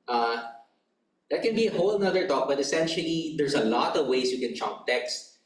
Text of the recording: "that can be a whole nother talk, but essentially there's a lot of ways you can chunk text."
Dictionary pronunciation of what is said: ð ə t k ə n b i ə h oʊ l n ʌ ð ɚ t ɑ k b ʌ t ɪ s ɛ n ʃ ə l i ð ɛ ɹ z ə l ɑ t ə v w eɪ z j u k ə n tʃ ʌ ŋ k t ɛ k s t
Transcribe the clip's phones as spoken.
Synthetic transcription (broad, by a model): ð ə t k ə n b i ə h oʊ l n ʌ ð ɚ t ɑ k b ʌ t ɪ s ɛ n ʃ ə l i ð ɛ ɹ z ə l ɑ t ə v w eɪ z j u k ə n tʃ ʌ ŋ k t ɛ k s t